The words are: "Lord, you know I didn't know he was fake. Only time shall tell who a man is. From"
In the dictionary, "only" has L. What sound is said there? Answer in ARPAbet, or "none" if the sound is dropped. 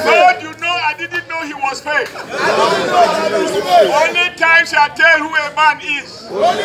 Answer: none